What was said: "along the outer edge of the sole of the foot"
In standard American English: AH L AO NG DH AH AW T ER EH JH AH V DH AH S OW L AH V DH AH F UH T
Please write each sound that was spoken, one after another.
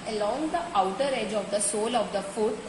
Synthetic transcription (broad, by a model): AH L AO NG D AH AW T ER EH JH AH V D AH S OW L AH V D AH F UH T